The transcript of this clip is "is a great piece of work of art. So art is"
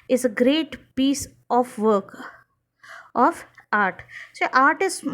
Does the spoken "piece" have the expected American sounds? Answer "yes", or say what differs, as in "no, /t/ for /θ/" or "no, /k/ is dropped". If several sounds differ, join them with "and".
yes